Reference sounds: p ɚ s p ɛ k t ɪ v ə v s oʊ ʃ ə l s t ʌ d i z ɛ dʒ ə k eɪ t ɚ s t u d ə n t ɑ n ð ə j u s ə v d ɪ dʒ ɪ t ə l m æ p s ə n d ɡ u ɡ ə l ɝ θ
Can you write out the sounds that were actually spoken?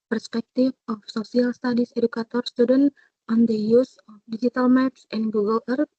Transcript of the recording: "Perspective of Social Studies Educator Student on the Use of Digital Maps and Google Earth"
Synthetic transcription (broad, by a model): p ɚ s p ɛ k t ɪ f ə f s oʊ s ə l s t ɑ d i s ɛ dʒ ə k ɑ t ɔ s t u d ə n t ɑ n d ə j u s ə f d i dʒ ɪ t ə l m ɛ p s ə n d ɡ u ɡ ə l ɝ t